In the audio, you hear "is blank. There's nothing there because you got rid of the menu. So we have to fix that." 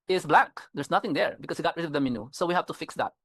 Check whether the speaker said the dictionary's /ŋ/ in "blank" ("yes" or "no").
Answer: no